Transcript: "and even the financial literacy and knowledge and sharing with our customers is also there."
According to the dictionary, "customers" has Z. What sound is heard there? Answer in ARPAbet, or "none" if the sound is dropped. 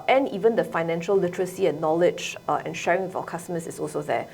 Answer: S